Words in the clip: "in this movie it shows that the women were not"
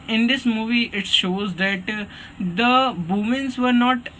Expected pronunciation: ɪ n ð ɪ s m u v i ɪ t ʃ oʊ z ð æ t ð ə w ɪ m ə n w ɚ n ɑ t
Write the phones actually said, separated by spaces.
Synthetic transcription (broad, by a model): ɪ n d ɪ s m u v i ɪ t ʃ oʊ z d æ t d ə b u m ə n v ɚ n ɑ t